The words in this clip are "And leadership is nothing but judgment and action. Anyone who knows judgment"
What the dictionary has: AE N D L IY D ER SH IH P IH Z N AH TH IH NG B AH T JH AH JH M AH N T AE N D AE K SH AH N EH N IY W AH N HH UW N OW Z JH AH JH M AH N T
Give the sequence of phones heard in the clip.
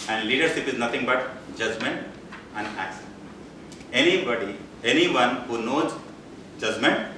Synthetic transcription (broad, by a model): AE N D L IY D ER SH IH P IH Z N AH T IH NG B AH T JH AH JH M AH N T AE N D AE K S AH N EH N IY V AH N HH UW N OW Z JH AH JH M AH N T